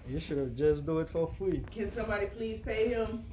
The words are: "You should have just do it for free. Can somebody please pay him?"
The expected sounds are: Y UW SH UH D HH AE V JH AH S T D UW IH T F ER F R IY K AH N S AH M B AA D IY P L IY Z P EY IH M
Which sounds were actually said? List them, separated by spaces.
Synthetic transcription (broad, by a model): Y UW SH UH D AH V JH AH S D UW IH T F ER F L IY K AH N S AH M B AA D IY P L IY Z P EY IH M